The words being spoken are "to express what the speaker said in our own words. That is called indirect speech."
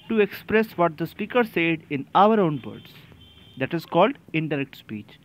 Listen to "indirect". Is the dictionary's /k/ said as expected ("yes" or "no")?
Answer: yes